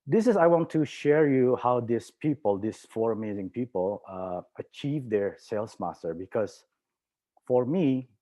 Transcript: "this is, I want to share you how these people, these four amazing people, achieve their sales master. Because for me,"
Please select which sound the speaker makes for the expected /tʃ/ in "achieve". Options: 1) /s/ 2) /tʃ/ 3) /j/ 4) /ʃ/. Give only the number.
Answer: 2